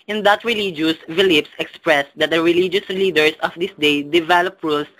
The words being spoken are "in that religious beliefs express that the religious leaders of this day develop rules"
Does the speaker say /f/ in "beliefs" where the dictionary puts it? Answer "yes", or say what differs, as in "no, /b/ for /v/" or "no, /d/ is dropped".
no, /p/ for /f/